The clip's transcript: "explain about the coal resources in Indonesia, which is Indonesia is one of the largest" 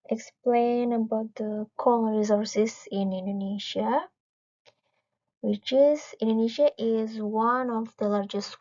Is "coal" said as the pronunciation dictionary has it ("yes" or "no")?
no